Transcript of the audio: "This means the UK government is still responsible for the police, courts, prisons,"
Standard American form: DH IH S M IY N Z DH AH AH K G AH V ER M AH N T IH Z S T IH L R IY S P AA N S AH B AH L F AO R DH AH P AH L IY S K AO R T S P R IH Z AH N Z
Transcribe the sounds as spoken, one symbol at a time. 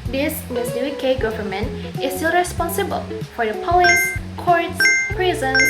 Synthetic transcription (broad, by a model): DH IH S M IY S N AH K G AH V ER M AH N T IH S T IH L R IY S P AA N S AH B AH L F AO R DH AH P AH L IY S K AO R T S P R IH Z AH N